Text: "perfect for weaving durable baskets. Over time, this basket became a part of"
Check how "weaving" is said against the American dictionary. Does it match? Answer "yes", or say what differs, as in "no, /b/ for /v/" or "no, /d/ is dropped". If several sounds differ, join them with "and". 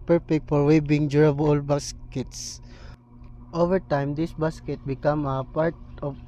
no, /b/ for /v/